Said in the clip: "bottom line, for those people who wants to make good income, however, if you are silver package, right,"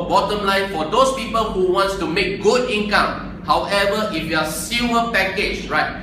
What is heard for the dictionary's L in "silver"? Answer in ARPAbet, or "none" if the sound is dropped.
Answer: none